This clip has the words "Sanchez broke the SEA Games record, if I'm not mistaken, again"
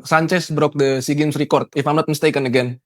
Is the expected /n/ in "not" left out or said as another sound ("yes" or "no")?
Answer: yes